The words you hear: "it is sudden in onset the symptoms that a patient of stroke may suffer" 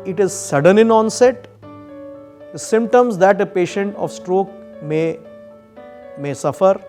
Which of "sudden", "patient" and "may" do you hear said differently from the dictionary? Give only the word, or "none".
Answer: none